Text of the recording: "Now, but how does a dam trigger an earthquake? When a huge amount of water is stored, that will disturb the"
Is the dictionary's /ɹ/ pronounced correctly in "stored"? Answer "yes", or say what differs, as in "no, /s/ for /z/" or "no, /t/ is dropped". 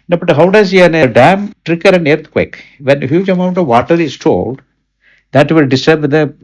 no, /l/ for /ɹ/